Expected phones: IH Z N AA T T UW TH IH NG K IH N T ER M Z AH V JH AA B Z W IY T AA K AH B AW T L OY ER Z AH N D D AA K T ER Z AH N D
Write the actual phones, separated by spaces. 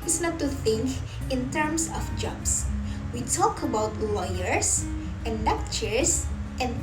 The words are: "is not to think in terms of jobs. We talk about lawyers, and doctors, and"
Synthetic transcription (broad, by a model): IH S N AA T T UW TH IH NG K IH N T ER M S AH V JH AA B S W IY T AA K AH B AW T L OY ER S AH N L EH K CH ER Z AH N